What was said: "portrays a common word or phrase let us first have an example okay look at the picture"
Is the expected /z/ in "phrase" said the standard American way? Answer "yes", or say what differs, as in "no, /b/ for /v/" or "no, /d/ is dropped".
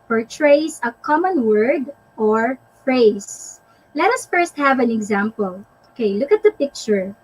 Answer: no, /s/ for /z/